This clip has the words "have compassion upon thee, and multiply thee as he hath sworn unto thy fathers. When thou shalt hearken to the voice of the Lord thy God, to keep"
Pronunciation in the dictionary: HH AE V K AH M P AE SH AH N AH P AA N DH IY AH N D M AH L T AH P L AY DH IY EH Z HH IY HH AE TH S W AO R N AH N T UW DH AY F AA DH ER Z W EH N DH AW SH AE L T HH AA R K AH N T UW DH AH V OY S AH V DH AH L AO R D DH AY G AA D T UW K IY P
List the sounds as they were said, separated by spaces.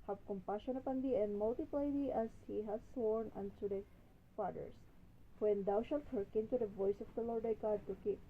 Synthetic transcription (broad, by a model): HH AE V K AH M P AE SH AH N AH P AA N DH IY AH N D M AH L T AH P L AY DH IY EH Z HH IY HH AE S S W AO R N AH N T UW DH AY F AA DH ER S W EH N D AW SH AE L T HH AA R K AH N T UW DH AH V OY S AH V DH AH L AO R D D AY G AA D T UW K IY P